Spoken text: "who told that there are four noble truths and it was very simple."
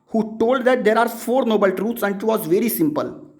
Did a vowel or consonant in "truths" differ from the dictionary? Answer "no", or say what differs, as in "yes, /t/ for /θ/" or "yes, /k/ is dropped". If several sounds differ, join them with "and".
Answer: yes, /t/ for /θ/